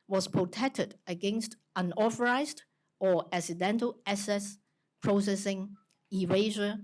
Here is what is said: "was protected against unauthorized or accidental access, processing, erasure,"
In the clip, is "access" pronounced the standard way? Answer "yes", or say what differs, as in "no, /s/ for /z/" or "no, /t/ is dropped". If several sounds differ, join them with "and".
no, /k/ is dropped